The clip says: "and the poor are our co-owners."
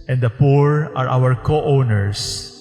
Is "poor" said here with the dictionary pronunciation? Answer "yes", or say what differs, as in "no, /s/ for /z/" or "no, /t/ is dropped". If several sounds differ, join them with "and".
yes